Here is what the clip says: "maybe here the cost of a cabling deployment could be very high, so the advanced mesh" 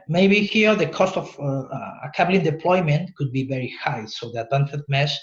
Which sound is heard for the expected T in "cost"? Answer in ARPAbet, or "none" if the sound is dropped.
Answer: T